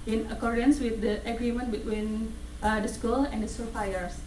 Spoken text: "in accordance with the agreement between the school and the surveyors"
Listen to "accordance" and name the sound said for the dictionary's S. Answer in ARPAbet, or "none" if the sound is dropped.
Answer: S